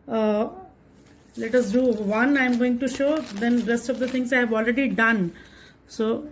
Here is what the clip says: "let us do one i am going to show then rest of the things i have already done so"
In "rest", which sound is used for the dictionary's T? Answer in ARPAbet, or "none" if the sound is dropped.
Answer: T